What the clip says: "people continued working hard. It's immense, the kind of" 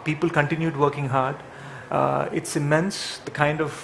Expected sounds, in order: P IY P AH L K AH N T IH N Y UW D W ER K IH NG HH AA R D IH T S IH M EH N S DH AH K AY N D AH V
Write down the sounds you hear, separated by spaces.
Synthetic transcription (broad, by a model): P IY P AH L K AH N T IH N Y UW D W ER K IH NG HH AA R D IH T S IH M EH N S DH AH K AY N D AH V